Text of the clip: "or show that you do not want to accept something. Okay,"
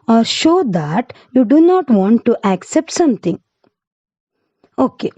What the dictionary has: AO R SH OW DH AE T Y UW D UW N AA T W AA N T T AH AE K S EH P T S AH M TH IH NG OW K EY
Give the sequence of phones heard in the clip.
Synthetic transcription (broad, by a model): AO R SH OW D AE T Y UW D UW N AA T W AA N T T AE K S EH P T S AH M T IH NG OW K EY